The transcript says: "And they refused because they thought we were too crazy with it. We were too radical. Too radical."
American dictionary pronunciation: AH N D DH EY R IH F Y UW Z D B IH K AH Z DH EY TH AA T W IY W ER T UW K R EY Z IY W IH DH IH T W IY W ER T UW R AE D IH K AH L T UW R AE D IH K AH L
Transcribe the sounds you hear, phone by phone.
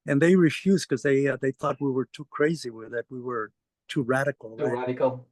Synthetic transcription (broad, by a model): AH N DH EY R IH F Y UW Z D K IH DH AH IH DH EY TH AA T W IY W ER T UW K R EY Z IY W IH DH IH T W IY W ER T UW R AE D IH K L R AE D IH K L